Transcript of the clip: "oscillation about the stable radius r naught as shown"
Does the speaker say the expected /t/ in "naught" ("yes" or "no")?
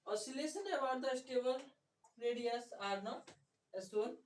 no